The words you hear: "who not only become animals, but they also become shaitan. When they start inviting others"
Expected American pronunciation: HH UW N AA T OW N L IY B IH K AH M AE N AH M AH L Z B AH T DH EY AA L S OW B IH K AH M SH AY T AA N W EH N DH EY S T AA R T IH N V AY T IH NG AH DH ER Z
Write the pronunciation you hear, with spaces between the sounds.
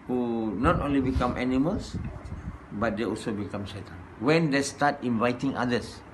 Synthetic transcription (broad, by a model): HH UW N AA T OW N L IY B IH K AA M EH N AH M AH L S B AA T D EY AA L S OW B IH K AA M S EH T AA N W EH N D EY S T AA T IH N V AY T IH NG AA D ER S